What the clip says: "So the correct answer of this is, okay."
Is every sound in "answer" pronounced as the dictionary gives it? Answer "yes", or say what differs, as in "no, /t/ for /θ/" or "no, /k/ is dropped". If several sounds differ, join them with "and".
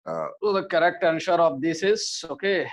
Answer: no, /ʃ/ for /s/